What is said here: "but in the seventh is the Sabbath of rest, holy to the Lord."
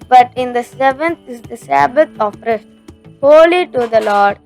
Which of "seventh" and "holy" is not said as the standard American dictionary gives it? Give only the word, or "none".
seventh